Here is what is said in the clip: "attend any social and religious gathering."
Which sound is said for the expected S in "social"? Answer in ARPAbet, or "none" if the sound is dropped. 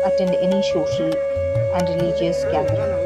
SH